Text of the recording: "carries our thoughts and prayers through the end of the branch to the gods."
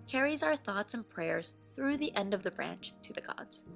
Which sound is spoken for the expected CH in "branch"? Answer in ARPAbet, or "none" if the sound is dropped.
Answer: CH